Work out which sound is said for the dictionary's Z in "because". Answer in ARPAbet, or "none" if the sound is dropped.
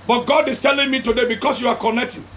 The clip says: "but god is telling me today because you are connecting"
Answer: S